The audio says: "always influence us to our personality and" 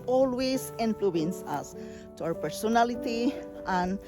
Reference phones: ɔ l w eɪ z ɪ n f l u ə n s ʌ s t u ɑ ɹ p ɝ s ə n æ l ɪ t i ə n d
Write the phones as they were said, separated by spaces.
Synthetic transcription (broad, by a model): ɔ l w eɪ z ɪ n p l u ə n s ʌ s t u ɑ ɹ p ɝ s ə n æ l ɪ t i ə n